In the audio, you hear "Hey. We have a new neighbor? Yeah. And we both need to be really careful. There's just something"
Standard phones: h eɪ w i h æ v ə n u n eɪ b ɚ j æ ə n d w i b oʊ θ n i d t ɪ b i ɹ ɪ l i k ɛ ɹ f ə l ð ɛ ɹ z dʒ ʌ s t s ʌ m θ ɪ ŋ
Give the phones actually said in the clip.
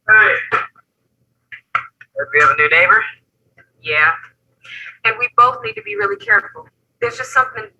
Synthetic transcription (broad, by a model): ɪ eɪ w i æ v ə n u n eɪ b ɚ j æ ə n w i b oʊ θ n i d t ɪ b i ɹ ɪ l i k ɛ ɹ f l ð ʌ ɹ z dʒ ʌ s t s ʌ m θ ɪ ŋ